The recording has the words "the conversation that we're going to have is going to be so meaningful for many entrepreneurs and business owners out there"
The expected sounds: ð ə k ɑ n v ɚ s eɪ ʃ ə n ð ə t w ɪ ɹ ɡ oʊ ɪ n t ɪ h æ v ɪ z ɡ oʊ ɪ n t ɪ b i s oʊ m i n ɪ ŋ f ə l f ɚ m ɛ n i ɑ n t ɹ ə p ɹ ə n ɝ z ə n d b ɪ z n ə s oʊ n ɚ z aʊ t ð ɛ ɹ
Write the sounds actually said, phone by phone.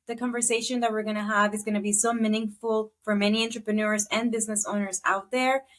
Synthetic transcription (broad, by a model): ð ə k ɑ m v ɚ s eɪ ʃ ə n ð ə t w ɪ ɹ ɡ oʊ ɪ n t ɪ h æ v ɪ z ɡ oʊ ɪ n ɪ b i s oʊ m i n ɪ ŋ f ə l f ɚ m ɛ n i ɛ n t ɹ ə p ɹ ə n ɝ z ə n b ɪ z n ə s oʊ n ɚ z aʊ t ð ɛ ɹ